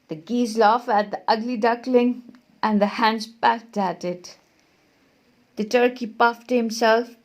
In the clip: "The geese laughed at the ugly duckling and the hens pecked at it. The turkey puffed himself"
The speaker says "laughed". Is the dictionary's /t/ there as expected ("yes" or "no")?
no